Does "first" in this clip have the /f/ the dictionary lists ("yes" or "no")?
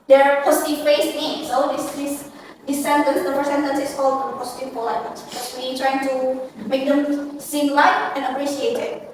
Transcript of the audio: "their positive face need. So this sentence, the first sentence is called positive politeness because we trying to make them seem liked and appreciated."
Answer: no